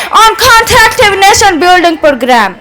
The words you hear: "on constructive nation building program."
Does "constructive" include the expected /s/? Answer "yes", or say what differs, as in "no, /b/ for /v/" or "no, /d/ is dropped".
no, /s/ is dropped